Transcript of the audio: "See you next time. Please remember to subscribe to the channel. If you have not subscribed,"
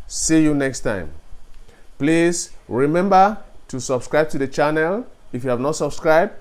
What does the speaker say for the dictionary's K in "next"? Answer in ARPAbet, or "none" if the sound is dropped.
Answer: K